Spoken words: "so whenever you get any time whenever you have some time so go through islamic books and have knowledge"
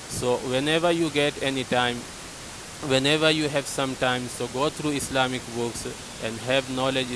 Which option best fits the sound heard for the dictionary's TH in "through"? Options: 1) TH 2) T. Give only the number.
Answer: 2